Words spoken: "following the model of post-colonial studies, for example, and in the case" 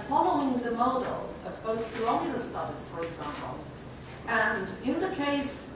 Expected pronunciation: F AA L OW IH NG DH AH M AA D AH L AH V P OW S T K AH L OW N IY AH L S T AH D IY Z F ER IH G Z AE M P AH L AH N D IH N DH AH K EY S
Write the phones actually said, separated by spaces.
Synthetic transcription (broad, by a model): F AA L OW IH NG DH AH M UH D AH L AH V B OW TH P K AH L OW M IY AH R S T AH D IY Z F ER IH G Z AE M P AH L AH N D IH N DH AH K EY S